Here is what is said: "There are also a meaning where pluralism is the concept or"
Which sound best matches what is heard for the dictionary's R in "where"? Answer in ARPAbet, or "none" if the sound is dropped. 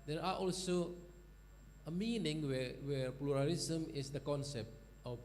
W